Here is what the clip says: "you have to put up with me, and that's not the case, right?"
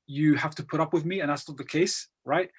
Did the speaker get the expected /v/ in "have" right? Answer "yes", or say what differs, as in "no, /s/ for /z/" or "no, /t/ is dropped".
no, /f/ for /v/